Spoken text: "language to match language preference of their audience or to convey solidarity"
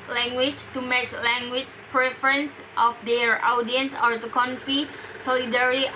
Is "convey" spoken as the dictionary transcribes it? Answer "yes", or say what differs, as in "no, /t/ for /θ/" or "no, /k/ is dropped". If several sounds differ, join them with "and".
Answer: no, /f/ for /v/